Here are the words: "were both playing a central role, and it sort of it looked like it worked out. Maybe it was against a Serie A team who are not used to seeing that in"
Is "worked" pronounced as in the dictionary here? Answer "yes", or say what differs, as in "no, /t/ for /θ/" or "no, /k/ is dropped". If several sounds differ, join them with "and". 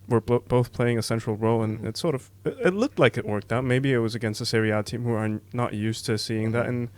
yes